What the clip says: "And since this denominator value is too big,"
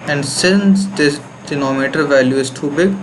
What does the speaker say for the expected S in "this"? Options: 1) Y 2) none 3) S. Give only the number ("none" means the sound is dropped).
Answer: 2